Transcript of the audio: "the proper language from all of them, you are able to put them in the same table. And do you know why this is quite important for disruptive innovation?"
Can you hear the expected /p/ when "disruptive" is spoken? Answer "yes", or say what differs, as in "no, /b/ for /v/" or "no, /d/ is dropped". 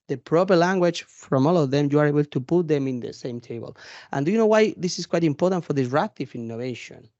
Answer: no, /p/ is dropped